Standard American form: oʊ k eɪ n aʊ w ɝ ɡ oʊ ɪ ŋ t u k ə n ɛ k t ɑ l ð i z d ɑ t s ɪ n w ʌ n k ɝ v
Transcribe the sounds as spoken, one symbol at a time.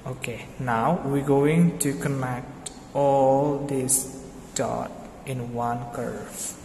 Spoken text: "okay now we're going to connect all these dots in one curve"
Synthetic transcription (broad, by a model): oʊ k eɪ n aʊ w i ɡ oʊ ɪ ŋ t u k ə n ɛ k t ɑ l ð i s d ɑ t ɪ n w ʌ n k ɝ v